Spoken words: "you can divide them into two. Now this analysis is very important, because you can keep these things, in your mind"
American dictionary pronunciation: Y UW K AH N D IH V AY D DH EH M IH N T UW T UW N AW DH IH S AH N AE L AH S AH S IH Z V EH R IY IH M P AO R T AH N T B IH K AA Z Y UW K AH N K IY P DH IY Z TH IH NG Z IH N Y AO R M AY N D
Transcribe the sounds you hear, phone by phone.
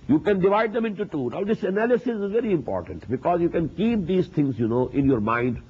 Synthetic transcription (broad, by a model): Y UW K AH N D IH V AY D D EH M IH N T UW T UW N AW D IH S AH N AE L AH S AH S IH Z V EH R IY IH M P AO R T AH N T B IH K AA Z Y UW K AH N K IY P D IY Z T IH NG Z IH N Y AO R M AY N D